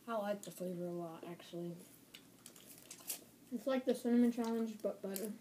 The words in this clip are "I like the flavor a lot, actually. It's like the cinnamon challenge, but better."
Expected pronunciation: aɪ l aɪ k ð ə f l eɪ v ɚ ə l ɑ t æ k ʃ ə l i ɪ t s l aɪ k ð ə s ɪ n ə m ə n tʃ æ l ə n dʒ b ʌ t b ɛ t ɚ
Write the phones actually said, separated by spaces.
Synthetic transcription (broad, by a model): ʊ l aɪ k ð ə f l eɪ v ɚ ə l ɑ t æ k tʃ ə l i ɪ t s l aɪ k ð ə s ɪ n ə m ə n tʃ æ l ə n dʒ b ʌ t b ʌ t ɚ